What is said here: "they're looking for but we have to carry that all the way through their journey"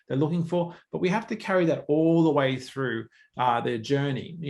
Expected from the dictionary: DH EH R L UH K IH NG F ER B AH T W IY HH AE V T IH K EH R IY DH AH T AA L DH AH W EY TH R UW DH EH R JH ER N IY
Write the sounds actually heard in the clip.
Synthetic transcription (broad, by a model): DH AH R L UH K IH NG F ER B AH T W IY HH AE F T IH K EH R IY DH AH T AA L DH AH W EY TH R UW DH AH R JH ER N IY